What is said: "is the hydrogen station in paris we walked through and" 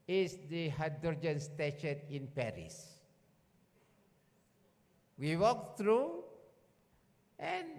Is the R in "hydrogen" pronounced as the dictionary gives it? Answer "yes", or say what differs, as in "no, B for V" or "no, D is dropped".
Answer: no, R is dropped